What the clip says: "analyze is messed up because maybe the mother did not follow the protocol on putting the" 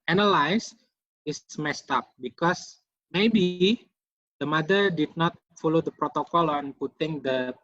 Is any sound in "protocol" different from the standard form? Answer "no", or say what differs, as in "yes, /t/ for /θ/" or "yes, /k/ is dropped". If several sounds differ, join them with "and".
no